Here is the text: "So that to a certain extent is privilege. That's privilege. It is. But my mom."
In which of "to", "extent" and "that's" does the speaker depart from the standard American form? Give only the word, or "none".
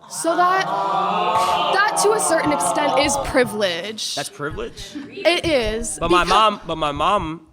none